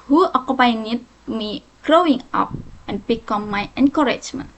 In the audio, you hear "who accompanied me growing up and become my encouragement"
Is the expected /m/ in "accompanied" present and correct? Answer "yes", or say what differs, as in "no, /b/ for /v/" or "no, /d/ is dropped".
no, /m/ is dropped